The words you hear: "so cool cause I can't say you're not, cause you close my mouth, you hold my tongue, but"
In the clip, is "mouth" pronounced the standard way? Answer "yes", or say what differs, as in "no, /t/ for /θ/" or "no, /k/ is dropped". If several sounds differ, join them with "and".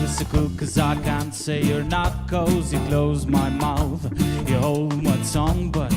yes